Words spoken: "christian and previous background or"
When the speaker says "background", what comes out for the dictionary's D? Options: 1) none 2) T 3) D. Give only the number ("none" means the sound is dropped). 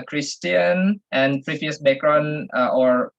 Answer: 1